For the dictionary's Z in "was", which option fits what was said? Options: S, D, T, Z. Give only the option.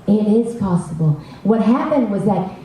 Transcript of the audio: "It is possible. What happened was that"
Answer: Z